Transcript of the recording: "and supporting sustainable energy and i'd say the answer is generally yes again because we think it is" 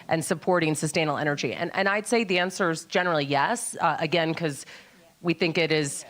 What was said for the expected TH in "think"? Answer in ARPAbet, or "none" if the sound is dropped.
TH